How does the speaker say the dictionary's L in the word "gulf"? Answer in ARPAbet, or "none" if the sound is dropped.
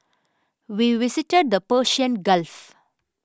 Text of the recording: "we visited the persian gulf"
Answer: L